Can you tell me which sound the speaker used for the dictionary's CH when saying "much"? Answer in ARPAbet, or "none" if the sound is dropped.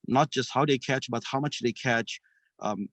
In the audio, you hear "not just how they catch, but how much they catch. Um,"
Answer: CH